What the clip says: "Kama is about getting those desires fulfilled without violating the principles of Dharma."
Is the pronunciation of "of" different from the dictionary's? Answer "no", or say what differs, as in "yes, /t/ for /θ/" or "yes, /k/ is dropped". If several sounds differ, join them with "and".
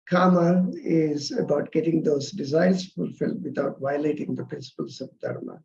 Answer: yes, /b/ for /v/